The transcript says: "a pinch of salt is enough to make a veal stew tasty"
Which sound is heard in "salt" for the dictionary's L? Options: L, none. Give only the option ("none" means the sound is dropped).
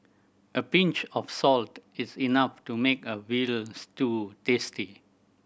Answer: L